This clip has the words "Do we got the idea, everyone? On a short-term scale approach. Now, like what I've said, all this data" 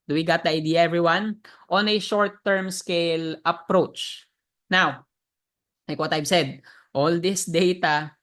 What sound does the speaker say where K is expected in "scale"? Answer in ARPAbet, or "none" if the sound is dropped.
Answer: K